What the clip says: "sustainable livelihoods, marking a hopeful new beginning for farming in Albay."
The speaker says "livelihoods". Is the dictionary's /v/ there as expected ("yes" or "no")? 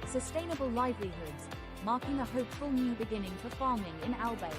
yes